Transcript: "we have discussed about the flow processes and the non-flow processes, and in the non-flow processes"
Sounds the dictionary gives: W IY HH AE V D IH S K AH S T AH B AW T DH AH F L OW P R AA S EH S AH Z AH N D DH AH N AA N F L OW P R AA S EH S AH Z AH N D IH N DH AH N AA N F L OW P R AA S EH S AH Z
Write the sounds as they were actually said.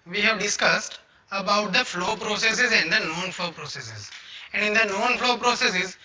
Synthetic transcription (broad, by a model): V IY HH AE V D IH S K AH S T AH B AW T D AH F L OW P R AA S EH S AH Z AH N D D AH N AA N F L OW P R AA S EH S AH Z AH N D IH N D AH N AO N F L OW P R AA S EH S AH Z